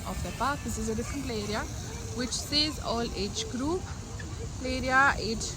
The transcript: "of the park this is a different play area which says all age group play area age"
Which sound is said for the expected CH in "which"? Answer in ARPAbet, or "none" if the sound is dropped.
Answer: CH